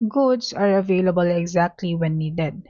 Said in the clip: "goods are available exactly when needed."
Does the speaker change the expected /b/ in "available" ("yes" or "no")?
no